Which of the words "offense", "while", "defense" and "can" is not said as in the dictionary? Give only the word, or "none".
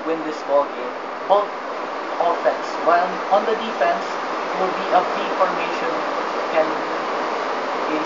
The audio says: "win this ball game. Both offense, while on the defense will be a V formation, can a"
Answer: while